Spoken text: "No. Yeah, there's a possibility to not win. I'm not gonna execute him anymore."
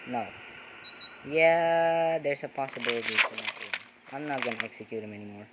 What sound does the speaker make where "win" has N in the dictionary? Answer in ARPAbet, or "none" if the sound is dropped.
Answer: none